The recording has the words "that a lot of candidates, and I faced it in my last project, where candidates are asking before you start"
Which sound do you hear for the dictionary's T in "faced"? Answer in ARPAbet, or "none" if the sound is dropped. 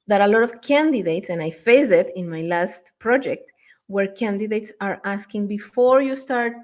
none